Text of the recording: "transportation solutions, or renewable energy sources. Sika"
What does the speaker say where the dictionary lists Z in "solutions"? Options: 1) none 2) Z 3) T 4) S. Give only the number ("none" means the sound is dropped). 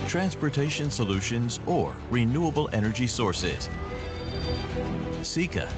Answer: 2